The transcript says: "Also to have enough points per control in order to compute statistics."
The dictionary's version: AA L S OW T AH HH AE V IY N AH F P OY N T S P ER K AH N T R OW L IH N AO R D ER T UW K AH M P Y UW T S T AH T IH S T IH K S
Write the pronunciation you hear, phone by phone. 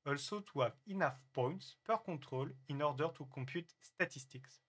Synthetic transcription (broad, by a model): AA L S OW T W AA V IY N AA F P OY N T S P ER K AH T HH OW L IH N AO R D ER T UW K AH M P Y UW T S T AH T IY S T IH K S